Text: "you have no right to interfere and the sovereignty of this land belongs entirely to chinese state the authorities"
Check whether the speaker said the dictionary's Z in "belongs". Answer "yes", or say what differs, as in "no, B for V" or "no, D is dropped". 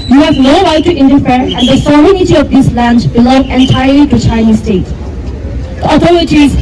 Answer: no, Z is dropped